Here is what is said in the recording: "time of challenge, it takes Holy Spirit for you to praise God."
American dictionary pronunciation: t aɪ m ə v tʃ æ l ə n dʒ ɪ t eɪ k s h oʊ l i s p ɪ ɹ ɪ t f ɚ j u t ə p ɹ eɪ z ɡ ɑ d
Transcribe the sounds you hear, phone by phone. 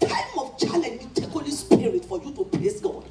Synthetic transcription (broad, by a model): t aɪ m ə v tʃ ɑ l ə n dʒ ɪ t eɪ k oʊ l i s p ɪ ɹ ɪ t f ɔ j u t ə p l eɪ s ɡ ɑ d